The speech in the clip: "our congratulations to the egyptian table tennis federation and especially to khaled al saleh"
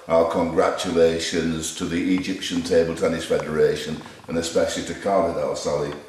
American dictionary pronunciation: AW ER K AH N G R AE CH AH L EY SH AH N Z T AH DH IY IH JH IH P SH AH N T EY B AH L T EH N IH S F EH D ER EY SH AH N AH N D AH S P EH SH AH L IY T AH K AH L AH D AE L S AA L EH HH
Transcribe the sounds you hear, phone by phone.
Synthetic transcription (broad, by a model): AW ER K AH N G R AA CH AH L EY SH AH N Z T AH DH IY IH JH IH P SH AH N T EY B AH L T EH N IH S F EH D ER EY SH AH N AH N AH S P EH SH AH L IY T AH K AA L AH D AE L S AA L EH